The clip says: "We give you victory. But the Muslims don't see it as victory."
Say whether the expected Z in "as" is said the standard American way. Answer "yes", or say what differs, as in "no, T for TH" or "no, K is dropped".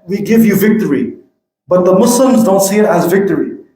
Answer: yes